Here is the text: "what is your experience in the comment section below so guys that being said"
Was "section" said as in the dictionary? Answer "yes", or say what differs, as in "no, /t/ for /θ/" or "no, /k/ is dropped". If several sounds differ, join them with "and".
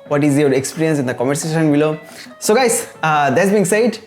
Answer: no, /k/ is dropped